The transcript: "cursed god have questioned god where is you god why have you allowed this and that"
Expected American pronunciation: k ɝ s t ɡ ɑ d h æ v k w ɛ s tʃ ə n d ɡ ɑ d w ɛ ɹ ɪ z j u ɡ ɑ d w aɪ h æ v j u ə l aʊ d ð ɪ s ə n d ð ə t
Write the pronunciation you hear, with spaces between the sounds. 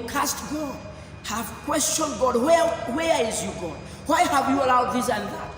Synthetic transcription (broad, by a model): k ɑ s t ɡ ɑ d h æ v k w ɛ s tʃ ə n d ɡ ɑ d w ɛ w ɪ z j u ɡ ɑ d w aɪ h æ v j u ə l aʊ d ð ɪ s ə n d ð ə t